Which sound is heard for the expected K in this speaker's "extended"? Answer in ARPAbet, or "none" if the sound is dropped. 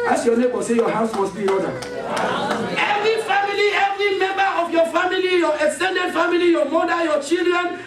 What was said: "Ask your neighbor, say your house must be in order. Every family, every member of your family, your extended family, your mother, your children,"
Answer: K